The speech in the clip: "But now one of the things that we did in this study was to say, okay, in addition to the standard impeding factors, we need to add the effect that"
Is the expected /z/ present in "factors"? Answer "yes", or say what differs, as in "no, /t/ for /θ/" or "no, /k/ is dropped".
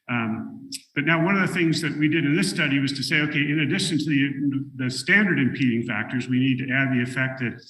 yes